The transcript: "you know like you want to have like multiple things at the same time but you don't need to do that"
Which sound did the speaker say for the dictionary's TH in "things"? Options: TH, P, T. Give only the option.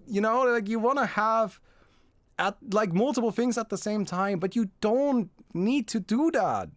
TH